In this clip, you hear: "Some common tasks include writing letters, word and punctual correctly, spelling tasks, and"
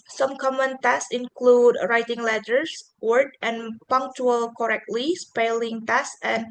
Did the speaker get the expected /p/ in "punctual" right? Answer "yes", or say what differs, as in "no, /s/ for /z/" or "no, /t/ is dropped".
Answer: yes